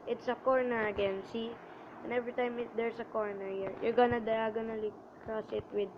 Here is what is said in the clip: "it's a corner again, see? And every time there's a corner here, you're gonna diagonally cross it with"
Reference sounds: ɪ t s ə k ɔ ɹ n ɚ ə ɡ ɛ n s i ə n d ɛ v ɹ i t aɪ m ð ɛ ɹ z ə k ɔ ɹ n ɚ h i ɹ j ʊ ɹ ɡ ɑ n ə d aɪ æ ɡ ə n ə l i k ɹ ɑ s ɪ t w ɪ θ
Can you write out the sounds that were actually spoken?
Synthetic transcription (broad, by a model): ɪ t s ə k ɔ ɹ n ɚ ə ɡ ɛ n s i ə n ɛ v ɹ i t aɪ m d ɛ ɹ s ə k ɔ ɹ n ɚ h i ɹ j ʊ ɹ ɡ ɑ n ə d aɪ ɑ ɡ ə n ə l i k ɹ ɑ s ɪ t w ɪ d